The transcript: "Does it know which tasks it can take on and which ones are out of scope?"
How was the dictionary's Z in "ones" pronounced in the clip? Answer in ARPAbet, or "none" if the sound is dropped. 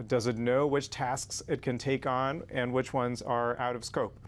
Z